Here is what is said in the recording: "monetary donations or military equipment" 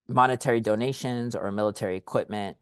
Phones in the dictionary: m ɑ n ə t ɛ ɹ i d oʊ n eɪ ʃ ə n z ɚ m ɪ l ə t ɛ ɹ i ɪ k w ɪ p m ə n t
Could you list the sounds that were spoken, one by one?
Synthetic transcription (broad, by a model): m ɑ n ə t ɛ ɹ i d oʊ n eɪ ʃ ə n z ɚ m ɪ l ə t ɛ ɹ i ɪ k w ɪ p m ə n t